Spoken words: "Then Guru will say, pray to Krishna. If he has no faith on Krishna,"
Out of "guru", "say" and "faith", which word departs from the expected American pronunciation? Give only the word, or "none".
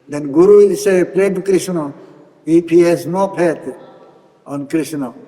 faith